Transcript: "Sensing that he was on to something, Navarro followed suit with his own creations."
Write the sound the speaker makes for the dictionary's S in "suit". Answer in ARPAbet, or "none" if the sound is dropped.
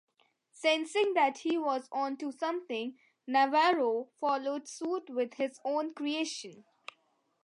S